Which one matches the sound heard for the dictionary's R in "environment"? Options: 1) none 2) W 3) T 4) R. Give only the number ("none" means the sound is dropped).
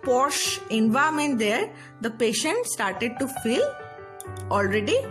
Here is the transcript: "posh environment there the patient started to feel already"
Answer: 1